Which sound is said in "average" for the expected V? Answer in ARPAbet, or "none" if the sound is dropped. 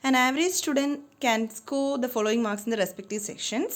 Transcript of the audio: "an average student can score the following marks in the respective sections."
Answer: V